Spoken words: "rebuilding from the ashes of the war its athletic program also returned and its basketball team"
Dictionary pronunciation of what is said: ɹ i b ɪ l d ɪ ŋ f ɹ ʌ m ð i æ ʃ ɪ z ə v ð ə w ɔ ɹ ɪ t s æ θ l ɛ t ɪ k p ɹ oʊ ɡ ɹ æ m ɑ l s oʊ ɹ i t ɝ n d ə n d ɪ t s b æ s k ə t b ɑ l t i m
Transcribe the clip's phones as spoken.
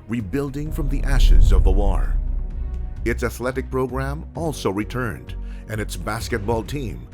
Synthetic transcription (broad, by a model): ɹ i b ɪ l d ɪ ŋ f ɹ ʌ m ð i æ ʃ ɪ z ə v ð ə w ɔ ɹ ɪ t s æ θ l ɛ t ɪ k p ɹ oʊ ɡ ɹ æ m ɑ l s oʊ ɹ i t ɝ n d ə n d ɪ t s b æ s k ə t b ɑ l t i m